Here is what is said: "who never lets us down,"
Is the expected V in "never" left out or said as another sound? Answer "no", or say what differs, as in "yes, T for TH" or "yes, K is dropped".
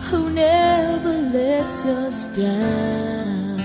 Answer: no